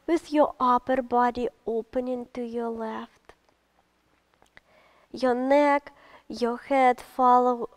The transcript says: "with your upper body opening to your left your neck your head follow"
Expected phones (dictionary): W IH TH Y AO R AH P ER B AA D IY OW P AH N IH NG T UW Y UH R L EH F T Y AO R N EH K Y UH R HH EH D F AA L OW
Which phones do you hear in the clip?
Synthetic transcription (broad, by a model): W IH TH Y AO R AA P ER B AA D IY OW P AH N IH NG T UW Y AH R L EH F T Y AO N EH K Y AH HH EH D F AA L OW